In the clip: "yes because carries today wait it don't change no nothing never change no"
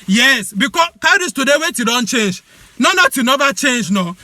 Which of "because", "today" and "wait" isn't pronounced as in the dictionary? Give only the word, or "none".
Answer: because